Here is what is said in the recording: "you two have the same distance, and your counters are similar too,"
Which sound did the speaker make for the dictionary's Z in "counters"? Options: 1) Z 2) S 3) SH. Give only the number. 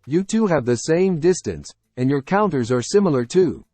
1